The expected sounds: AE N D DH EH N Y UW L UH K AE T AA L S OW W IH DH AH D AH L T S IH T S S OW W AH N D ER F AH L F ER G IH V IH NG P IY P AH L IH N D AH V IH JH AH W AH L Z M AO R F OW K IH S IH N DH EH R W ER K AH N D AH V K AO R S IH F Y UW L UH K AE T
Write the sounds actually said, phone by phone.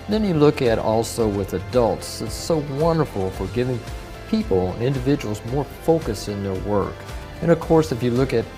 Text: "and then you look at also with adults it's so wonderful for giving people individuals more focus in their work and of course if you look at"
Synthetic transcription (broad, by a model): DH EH N Y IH L UH K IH T AA L S OW W IH DH AH D AH L T S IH T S S OW W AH N D ER F L F ER G IH V IH NG P IY P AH N IH N D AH V IH JH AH W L Z M AO R F OW K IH S IH N DH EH R W ER K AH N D AH V K AO R S IH F Y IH L UH K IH T